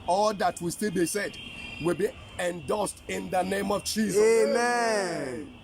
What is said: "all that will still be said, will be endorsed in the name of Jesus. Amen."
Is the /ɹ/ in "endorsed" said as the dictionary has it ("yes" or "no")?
no